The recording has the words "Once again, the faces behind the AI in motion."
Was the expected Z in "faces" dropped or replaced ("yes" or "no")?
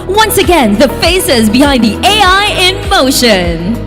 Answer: no